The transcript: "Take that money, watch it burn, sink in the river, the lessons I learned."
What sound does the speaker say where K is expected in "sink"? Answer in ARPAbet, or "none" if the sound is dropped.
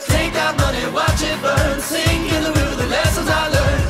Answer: none